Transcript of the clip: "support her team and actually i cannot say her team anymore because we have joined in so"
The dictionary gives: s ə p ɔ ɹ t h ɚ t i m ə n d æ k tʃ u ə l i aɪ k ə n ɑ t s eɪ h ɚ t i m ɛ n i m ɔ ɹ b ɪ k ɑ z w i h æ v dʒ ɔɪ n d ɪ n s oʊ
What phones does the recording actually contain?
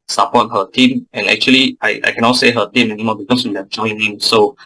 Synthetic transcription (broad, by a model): s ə p ɔ t h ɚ t i m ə n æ k tʃ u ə l i aɪ k ə n ɑ t s eɪ h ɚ t i m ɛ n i m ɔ b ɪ k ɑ s w i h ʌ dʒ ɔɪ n ɪ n s oʊ